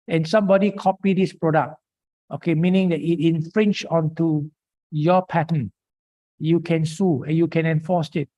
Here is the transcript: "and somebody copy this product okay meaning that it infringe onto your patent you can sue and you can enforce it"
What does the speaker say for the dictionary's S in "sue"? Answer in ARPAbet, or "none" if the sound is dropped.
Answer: S